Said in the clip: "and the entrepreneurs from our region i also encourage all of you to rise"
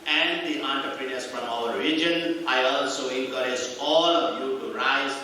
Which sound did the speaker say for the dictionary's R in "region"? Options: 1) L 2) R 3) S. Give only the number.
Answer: 1